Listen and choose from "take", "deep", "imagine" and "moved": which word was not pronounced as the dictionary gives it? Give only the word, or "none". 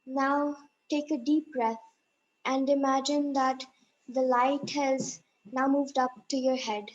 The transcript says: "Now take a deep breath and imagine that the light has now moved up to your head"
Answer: none